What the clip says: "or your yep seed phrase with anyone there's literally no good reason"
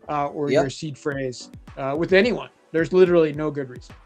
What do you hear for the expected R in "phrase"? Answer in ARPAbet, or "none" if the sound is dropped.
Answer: R